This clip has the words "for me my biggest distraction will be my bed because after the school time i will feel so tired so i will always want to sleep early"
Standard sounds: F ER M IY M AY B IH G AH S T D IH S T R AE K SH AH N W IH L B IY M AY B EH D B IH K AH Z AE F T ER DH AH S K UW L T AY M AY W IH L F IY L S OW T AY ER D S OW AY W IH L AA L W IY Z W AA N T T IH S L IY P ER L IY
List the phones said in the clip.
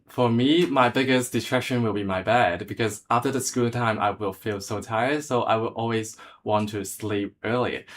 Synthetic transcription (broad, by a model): F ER M IY M AY B IH G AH S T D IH T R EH K SH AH N W IH L B IY M AY B EH D B IH K AH Z AE F T ER DH AH S K UW L T AY M AY W IH L F IY L S OW T AY ER D S OW AY W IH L AA L W IY Z W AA N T T IH S L IY P ER L IY